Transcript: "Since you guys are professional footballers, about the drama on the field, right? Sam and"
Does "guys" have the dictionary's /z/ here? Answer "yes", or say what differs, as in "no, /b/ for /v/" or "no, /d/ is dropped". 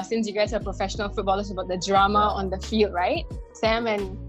no, /s/ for /z/